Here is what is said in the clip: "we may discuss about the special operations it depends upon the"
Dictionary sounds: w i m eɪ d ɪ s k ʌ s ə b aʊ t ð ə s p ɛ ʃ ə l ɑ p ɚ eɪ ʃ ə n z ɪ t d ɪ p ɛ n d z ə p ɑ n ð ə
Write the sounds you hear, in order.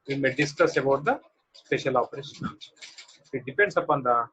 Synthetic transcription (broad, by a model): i m eɪ d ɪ s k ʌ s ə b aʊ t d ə s p ɛ ʃ ə l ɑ p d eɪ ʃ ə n ɪ t d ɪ p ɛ n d s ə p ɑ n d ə